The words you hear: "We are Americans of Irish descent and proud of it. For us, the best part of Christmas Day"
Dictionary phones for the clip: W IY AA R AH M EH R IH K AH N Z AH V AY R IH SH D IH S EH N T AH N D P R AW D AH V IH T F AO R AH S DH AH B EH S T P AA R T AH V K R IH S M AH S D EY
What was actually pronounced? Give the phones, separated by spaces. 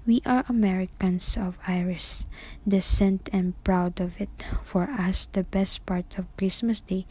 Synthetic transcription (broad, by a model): W IY AA R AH M EH R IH K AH N S AH V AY R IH S D IH S EH N T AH N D P R AW D AH V IH T F AO R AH S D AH B EH S T P AA R T AH V K R IH S M AH S D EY